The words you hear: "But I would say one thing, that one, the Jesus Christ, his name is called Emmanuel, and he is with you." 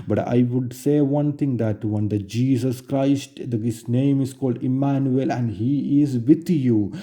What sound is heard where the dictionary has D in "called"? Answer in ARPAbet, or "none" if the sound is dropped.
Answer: D